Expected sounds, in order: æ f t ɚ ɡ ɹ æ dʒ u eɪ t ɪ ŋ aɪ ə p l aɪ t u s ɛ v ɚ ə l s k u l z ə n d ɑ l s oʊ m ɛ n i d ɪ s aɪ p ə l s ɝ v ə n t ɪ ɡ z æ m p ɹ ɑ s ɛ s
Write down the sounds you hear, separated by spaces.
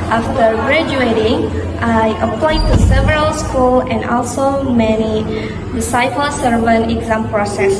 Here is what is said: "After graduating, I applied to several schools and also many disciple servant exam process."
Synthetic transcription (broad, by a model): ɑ f t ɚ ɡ ɹ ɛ dʒ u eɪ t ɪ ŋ aɪ ə p l aɪ t u s ɛ v ɚ ə l s k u l ə n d ɑ l s oʊ m ɛ n i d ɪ s aɪ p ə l s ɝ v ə n ɪ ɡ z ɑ m p ɹ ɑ s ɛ s